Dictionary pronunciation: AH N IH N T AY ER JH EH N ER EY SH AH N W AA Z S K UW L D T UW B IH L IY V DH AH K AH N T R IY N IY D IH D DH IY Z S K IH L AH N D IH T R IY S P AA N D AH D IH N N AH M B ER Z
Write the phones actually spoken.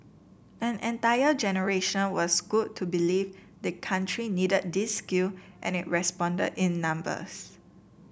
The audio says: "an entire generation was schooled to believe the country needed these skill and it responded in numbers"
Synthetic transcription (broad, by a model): AH N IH N T AY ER JH EH N ER EY SH AH N W AA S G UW D T UW B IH L IY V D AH K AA N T R IY N IY D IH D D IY S K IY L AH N IH T R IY S P AA N D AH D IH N N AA M B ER S